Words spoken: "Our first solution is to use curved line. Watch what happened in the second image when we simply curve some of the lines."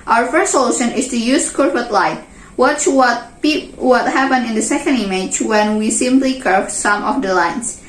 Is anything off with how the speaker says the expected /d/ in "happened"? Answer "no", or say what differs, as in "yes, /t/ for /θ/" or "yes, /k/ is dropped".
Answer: yes, /d/ is dropped